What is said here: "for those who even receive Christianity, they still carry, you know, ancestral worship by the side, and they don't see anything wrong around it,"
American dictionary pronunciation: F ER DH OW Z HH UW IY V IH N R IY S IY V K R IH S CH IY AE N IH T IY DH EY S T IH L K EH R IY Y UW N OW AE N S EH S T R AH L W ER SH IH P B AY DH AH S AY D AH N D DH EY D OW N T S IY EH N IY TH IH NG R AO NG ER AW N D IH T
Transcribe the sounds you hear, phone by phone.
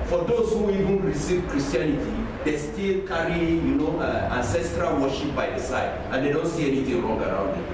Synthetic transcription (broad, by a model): F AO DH OW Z HH UW IY V IH N R IY S IY V K R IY S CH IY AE N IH T IY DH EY S T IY L K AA R IY Y UW N OW AE N S EH S T R AH L W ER SH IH P B AY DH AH S AY D AH N D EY D OW N T S IY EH N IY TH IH NG R AO NG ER AW N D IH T